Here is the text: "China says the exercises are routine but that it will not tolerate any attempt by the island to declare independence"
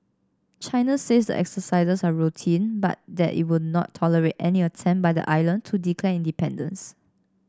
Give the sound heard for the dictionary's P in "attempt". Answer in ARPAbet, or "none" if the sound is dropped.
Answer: none